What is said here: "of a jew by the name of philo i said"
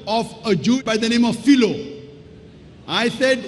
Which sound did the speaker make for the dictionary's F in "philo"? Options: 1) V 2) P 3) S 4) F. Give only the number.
4